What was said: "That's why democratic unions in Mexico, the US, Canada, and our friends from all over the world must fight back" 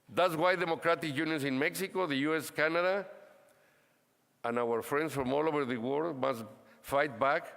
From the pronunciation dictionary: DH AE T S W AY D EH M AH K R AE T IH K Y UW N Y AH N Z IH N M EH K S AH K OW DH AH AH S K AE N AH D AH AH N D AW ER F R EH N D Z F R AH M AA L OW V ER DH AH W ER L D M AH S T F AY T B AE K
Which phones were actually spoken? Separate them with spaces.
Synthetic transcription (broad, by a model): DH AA T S W AY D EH M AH K R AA T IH K Y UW N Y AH N S IH N M EH K S AH K OW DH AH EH S K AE N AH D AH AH N AW ER F R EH N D S F R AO M AA L OW V ER DH AH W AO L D M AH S T F AY T B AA K